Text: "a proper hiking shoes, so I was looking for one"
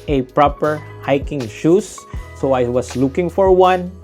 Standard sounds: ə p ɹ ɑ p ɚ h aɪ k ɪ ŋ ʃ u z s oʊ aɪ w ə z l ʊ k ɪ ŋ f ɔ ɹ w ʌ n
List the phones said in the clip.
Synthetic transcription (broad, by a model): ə p ɹ ɑ p ɚ h aɪ k ɪ ŋ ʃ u s oʊ aɪ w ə s l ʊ k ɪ ŋ f ɔ ɹ w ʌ n